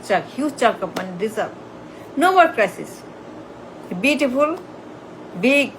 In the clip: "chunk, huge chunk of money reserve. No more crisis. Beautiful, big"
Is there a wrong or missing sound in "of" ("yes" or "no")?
yes